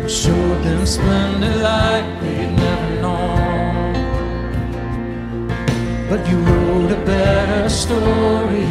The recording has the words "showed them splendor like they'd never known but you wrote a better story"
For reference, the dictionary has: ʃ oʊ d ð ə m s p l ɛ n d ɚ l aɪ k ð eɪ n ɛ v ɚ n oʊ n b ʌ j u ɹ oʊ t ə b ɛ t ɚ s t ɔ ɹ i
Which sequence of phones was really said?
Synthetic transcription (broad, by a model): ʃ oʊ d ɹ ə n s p ɛ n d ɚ l aɪ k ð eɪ n ɛ v ɚ n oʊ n b ʌ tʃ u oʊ ə b ɛ t ɚ s t ɔ ɹ i